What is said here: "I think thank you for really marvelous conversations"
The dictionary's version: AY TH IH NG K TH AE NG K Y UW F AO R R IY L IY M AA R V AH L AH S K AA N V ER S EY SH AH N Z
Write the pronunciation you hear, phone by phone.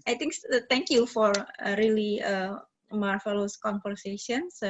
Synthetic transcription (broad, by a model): AY T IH NG K T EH NG K Y UW F AO R R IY L IY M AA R F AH L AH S K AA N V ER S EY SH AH N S